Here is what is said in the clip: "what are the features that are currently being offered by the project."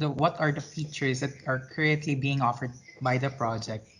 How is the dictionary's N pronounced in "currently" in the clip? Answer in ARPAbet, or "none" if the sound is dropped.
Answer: none